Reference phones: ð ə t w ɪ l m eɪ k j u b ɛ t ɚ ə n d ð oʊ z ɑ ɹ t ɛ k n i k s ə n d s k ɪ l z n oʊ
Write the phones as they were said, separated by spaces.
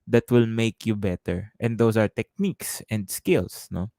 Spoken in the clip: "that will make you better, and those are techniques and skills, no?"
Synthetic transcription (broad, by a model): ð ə t w ɪ l m eɪ k j u b ɛ t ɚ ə n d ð oʊ s ɑ ɹ t ɛ k n i k s ə n d s k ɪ l s n oʊ